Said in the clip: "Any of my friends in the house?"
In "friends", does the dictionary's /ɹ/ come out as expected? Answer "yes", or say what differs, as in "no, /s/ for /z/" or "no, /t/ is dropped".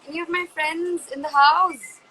yes